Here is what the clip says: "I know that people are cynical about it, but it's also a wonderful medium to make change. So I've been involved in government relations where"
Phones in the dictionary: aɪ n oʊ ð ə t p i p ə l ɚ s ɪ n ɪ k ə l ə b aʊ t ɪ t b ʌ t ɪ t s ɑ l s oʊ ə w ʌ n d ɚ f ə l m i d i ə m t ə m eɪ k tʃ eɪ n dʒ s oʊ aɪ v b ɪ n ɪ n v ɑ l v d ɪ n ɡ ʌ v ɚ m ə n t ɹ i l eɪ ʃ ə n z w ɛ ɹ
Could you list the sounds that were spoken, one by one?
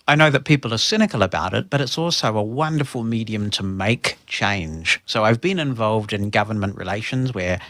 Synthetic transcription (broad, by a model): aɪ n oʊ ð ə t p i p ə l ɚ s ɪ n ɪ k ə l ə b aʊ t ɪ t b ʌ t ɪ t s ɑ l s oʊ ə w ʌ n d ɚ f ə l m i d i ə m t ə m eɪ k tʃ eɪ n ʒ s oʊ aɪ v b ɪ n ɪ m v ɑ l v d ɪ n ɡ ʌ v ɚ m ə n t ɹ i l eɪ ʃ ə n z w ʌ ɹ